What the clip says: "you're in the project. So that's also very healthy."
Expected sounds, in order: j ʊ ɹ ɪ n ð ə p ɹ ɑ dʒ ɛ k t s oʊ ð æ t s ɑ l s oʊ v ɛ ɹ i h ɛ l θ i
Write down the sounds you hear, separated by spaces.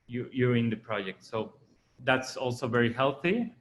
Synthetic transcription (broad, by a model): j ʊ ɹ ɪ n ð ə p ɹ ɑ dʒ ɛ k t s oʊ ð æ t s ɑ l s oʊ v ɛ ɹ i h ɛ l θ i